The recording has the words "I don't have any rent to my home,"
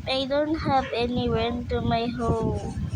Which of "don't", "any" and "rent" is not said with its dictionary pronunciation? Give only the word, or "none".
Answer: rent